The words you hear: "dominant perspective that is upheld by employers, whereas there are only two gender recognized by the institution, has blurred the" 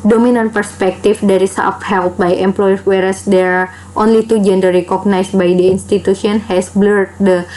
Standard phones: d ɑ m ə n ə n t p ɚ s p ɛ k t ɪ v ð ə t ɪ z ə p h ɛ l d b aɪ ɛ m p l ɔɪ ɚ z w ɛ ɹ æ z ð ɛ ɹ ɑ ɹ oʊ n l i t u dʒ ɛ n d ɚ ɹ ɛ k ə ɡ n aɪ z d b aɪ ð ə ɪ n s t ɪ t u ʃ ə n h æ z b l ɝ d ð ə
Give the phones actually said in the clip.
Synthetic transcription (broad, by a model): d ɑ m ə n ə n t p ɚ s p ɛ k t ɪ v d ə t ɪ s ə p h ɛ l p b aɪ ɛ m p l ɔɪ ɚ w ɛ ɹ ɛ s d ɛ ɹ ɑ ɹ oʊ n l i t u dʒ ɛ n d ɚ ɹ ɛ k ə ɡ n aɪ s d b aɪ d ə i n s t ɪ t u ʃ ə n h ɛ s b l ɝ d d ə